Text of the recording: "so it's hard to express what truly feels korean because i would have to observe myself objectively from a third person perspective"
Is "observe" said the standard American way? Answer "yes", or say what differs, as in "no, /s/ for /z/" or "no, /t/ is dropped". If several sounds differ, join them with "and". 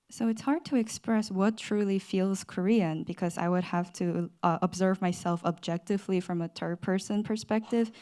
yes